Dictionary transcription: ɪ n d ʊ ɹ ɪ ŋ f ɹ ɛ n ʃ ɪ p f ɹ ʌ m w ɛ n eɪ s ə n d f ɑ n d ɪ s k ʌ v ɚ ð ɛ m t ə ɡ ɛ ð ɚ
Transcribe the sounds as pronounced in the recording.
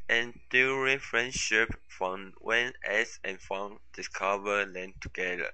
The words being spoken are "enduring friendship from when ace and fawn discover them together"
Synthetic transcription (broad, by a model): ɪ n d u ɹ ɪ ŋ f ɹ ɛ n ʃ ɪ p f ɹ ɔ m w ɛ n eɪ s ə n f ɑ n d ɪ s k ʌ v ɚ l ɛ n t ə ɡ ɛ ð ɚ